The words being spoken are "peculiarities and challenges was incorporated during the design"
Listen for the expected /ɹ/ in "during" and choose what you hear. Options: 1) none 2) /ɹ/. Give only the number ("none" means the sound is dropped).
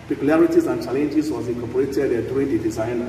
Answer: 1